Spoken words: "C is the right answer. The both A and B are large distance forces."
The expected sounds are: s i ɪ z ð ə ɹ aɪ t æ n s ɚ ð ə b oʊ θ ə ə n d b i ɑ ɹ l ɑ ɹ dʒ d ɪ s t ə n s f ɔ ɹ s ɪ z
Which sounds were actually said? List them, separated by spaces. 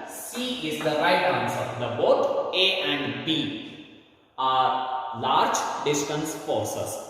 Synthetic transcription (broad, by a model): s i ɪ z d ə ɹ aɪ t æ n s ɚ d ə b oʊ t ə ə n d b i ɑ ɹ l ɑ ɹ dʒ d ɪ s t ə n s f ɔ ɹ s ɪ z